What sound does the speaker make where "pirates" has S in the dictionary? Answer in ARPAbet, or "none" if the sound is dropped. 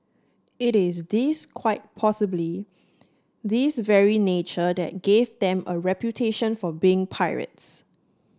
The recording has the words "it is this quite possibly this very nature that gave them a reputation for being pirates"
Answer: S